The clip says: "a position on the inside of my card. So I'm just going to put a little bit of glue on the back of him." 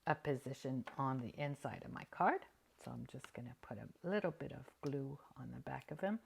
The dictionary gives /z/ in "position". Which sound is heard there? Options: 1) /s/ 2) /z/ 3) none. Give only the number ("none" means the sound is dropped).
2